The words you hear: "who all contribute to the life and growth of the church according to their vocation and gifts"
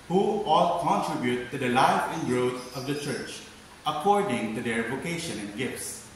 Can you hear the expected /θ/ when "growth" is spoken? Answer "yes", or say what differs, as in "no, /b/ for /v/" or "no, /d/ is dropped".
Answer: no, /t/ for /θ/